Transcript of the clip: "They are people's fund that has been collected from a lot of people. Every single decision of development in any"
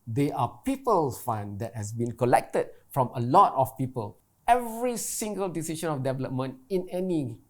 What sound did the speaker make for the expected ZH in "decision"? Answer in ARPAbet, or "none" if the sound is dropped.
SH